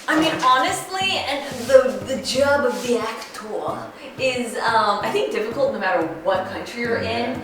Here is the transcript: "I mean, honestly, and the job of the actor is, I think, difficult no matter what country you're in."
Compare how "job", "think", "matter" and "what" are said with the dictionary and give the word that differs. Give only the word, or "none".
none